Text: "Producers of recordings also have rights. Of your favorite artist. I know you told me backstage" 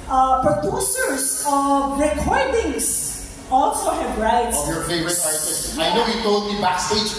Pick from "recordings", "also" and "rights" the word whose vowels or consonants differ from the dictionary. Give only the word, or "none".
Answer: recordings